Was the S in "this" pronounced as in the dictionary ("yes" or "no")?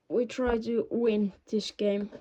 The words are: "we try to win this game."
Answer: no